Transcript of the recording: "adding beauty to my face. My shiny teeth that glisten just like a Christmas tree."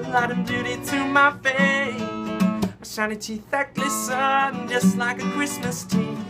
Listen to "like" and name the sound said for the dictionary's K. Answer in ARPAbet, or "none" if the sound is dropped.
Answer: K